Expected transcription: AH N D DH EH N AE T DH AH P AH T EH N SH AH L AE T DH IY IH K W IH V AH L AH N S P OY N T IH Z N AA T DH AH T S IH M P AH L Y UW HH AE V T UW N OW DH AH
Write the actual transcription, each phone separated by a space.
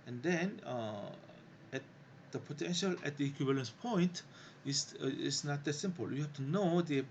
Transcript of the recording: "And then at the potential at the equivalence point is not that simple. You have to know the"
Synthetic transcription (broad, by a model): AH N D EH N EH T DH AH P AH T EH N SH AH L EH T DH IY K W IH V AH L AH N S P OY N T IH S N AA T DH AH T S IH M P AH L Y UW HH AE F T UW N OW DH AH